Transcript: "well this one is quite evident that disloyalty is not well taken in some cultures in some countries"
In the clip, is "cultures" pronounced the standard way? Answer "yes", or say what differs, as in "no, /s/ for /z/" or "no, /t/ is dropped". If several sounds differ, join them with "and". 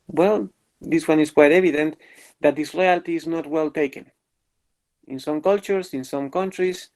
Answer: no, /s/ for /z/